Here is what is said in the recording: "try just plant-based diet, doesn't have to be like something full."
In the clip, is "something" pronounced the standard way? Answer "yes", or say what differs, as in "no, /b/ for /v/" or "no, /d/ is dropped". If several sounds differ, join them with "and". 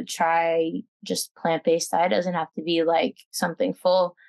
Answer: yes